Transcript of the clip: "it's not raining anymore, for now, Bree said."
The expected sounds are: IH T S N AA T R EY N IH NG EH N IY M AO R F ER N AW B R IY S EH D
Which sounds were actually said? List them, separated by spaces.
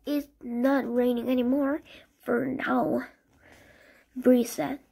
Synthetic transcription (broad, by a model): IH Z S N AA T R EY N IH NG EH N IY M AO R F ER N AW B R IY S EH